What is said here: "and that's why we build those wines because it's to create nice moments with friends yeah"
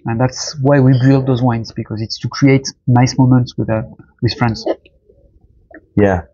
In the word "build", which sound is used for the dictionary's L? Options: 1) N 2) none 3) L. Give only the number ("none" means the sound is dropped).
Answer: 3